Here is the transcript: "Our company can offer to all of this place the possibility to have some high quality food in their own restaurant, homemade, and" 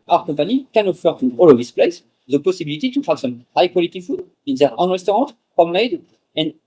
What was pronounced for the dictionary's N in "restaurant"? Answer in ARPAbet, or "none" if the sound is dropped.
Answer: none